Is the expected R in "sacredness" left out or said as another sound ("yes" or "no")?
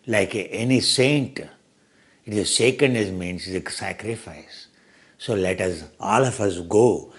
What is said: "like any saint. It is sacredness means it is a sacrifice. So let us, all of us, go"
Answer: yes